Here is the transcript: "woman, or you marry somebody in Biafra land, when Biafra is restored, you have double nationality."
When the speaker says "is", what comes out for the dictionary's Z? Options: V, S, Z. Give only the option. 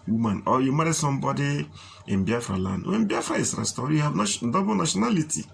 S